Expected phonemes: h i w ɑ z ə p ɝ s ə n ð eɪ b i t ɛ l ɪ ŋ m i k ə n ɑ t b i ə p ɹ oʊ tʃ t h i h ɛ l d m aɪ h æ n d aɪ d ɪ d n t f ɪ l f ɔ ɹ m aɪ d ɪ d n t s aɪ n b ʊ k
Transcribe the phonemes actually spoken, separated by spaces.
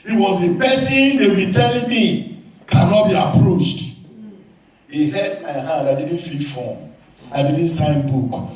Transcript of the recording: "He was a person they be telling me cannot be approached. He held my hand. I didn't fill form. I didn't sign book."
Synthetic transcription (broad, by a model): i w ɑ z ə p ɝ s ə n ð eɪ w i t ɛ l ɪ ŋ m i k ə n ɑ t b i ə p ɹ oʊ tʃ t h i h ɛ d m aɪ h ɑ d aɪ d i d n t f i f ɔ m aɪ d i d n t s aɪ n b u k